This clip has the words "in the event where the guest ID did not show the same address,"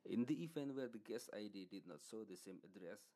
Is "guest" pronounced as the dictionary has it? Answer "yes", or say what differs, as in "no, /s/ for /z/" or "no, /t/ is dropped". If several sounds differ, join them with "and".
no, /t/ is dropped